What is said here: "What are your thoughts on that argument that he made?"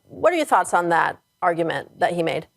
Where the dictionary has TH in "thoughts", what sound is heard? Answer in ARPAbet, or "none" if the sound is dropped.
TH